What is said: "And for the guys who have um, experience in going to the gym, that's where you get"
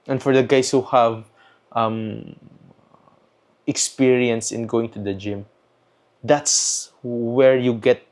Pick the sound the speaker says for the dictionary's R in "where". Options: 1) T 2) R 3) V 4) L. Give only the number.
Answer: 2